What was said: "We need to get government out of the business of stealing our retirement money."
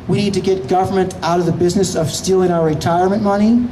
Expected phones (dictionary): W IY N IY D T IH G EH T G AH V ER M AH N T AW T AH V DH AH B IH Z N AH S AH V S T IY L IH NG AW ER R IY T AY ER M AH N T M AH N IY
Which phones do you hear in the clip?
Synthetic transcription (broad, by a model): W IY N IY D T IH G EH T G AH V ER M AH N T AW T AH V DH AH B IH Z N AH S AH V S T IY L IH NG AW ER R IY T AY ER M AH N M AH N IY